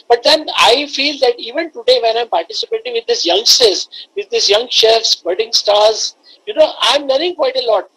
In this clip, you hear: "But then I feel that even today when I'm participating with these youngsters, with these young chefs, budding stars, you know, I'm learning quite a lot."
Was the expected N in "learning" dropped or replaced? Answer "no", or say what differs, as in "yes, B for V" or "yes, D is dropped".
yes, N is dropped